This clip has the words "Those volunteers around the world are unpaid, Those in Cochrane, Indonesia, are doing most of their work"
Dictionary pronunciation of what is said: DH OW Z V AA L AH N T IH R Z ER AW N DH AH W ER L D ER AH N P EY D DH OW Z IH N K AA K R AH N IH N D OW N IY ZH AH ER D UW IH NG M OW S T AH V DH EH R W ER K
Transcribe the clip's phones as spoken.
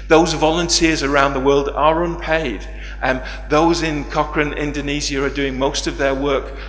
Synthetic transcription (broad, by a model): DH OW Z V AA L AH N T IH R Z ER AW N DH AH W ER L D ER AH N P EY D DH OW Z IH N K AA K R AH N IH N D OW N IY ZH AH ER D UW IH NG M OW S T AH V DH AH R W ER K